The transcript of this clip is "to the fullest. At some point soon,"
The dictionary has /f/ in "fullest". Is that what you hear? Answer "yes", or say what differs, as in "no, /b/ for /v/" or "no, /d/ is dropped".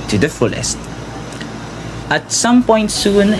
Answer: yes